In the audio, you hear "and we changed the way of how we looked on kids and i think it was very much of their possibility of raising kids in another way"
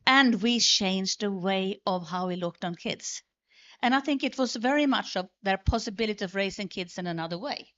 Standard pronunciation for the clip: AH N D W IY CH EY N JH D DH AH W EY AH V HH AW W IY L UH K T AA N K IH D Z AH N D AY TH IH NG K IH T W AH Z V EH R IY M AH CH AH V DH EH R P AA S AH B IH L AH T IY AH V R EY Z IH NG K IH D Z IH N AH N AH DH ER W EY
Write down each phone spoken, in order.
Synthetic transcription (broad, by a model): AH N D W IY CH EY N JH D DH AH W EY AH V HH AW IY L UH K T N K IH D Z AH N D AY TH IH NG K IH T W AH Z V EH R IY M AH CH AH V DH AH R P AA S AH B IH L AH T IY AH V R EY S IH NG K IH D Z IH N AH N AH DH ER W EY